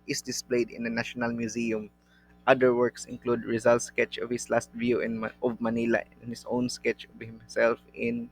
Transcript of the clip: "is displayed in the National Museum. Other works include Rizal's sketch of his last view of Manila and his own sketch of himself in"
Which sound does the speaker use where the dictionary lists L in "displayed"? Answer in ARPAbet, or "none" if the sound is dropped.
L